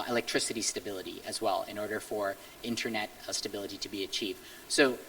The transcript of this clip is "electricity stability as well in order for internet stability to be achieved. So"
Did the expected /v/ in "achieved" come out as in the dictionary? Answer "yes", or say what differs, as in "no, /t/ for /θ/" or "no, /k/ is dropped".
yes